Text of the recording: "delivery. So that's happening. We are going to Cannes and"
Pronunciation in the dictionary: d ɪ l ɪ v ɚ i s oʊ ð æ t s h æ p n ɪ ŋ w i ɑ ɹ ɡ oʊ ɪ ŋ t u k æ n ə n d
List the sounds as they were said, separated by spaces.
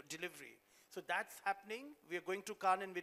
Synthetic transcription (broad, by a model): d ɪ l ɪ v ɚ i s oʊ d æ t s h æ p n ɪ ŋ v i ɑ ɹ ɡ oʊ ɪ ŋ t u k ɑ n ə n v